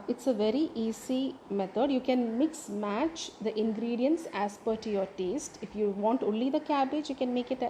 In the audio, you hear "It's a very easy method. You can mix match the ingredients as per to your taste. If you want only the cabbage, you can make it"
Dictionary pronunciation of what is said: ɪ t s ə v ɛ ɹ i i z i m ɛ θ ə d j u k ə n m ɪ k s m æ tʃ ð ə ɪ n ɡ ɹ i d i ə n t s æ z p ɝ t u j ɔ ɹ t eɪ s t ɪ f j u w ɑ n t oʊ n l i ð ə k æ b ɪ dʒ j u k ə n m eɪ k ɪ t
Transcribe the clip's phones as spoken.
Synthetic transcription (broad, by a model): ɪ t s ə v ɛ ɹ i i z i m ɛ t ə d j u k ə n m ɪ k s m æ tʃ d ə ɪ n ɡ ɹ i d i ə n s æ s p ɝ t u j ɔ ɹ t eɪ s t ɪ f j u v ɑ n t oʊ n l i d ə k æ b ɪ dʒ j u k ə n m eɪ k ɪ t